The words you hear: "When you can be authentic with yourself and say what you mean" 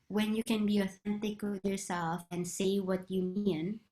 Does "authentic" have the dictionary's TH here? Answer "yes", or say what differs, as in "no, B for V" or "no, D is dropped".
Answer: yes